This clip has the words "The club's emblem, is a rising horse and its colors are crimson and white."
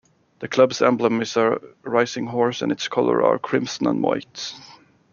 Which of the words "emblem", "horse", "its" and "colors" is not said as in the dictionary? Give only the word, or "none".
colors